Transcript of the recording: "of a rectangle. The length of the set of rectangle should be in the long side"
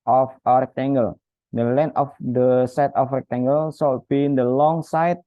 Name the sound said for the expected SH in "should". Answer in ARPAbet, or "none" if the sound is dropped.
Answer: S